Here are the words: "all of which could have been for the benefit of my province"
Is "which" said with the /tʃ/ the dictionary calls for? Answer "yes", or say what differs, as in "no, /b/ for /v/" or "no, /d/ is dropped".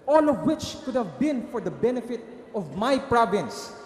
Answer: yes